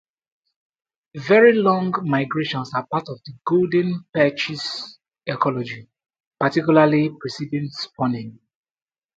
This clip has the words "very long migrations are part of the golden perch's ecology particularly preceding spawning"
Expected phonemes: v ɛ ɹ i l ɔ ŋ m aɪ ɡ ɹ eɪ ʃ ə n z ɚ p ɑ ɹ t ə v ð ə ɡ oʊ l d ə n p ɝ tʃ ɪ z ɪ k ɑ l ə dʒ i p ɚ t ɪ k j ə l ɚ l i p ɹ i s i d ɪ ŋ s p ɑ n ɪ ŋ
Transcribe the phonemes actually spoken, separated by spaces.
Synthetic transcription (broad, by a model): v ɛ ɹ i l ɔ ŋ m aɪ ɡ ɹ eɪ ʃ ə n s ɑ p ɑ t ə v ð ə ɡ oʊ l d ə n p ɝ tʃ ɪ s ɪ k ɑ l ə dʒ i p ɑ t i k j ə l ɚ l i p ɹ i s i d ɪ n s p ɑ n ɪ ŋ